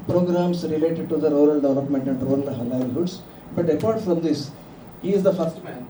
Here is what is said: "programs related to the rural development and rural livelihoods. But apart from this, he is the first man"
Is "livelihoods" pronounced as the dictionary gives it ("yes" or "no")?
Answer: no